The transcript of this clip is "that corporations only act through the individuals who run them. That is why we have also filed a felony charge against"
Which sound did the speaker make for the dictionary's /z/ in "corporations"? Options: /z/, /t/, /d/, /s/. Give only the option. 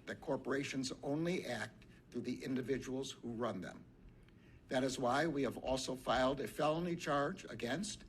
/z/